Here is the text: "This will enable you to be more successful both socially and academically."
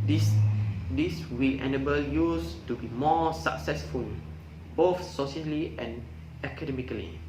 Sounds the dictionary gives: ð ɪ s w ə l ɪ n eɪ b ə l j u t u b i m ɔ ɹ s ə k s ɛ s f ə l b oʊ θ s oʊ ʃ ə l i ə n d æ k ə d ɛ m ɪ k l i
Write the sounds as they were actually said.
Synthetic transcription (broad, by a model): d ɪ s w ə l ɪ n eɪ b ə l j u t u b i m ɔ s ə k s ɛ s f ə l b oʊ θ s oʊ s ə l i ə n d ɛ k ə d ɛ m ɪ k l i